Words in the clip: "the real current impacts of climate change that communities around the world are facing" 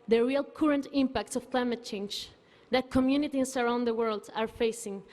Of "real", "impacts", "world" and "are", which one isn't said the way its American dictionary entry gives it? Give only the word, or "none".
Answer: none